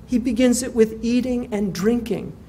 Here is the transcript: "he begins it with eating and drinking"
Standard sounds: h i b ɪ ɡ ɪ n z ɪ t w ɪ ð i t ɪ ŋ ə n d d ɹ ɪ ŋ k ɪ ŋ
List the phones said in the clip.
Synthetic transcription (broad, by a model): h i b ɪ ɡ ɪ n z ɪ t w ɪ ð i t ɪ ŋ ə n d d ɹ ɪ ŋ k ɪ ŋ